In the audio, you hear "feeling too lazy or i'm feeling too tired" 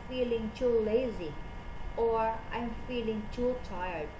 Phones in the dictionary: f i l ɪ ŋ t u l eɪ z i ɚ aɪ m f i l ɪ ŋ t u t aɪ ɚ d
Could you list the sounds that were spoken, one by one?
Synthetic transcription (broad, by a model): f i l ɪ ŋ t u l eɪ z i ɚ aɪ m f i l ɪ ŋ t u t aɪ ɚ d